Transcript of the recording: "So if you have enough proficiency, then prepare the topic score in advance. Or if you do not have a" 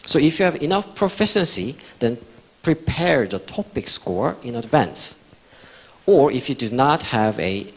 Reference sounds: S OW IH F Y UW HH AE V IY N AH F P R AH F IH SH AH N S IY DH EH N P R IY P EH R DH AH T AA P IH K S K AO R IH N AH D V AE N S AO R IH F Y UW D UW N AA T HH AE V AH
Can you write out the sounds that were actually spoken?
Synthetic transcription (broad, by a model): S OW IH F Y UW HH AE V IY N AH F P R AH F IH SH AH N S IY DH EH N P R IY P EH R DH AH T AA P IH K S K AO R IH N AH D V AE N S AO R IH F Y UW D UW N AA T HH AE V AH